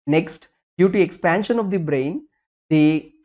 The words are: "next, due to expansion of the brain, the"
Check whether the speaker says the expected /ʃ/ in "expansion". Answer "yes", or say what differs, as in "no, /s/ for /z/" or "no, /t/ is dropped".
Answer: yes